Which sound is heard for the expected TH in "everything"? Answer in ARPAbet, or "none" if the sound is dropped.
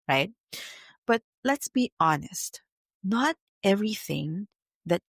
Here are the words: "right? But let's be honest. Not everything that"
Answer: TH